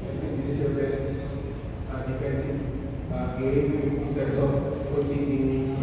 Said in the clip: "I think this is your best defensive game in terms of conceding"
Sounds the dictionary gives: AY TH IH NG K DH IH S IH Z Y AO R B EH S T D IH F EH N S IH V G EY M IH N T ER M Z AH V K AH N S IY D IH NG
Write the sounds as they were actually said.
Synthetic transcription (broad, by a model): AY T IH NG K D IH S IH S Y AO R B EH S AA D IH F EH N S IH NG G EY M IH N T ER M S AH F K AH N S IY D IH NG